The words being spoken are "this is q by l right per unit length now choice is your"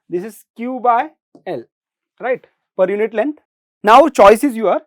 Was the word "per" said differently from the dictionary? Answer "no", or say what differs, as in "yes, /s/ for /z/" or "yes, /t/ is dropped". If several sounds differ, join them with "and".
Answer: no